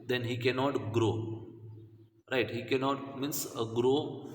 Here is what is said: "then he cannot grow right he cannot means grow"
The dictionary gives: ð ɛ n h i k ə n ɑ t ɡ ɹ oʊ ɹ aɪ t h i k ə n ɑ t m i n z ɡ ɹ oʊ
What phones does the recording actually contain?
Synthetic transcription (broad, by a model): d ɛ n h i k ə n ɑ t ɡ ɹ oʊ ɹ aɪ t h i k ə n ɑ t m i n s ɡ ɹ oʊ